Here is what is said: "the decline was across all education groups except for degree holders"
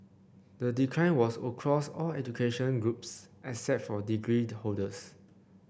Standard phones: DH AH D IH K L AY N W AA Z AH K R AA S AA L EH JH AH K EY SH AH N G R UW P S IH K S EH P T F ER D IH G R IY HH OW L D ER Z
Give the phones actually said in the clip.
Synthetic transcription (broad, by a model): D AH D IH K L AY N W AA S AH K R AA S AA L EH JH AH K EY SH AH N G R UW P S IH S EH T F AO D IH G R IY HH OW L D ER S